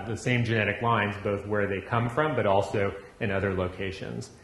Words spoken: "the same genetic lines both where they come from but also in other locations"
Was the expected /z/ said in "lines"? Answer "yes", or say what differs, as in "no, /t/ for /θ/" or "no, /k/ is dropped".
yes